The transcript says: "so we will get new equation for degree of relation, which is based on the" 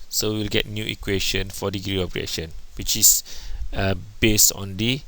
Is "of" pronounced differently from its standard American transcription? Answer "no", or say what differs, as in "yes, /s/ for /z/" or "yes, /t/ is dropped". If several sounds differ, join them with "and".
yes, /p/ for /v/